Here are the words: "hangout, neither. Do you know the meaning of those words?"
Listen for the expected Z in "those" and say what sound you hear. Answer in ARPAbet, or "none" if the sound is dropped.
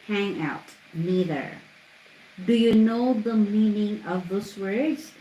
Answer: S